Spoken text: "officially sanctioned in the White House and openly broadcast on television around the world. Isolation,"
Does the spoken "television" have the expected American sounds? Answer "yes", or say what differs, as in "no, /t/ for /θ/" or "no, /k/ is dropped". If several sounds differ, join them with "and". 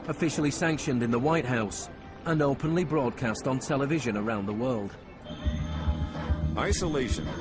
yes